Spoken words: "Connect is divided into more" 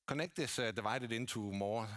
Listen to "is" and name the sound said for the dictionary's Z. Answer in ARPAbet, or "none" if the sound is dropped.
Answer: S